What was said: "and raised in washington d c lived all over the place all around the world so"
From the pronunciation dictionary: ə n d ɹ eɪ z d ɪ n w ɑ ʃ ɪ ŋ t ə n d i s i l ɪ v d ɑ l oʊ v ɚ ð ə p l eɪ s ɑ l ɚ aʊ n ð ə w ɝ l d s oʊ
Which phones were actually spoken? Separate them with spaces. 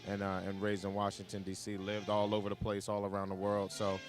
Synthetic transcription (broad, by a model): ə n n ɹ eɪ z ɪ n w ɑ ʃ ɪ ŋ t ə n d i s i l ɪ v d ɑ l oʊ v ɚ ð ə p l eɪ s ɑ l ɚ aʊ n ð ə w ɝ l d s oʊ